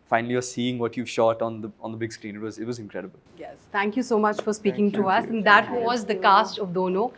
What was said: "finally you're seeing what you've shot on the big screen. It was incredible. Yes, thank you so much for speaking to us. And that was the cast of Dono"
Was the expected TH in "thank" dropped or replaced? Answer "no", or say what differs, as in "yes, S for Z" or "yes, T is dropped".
yes, T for TH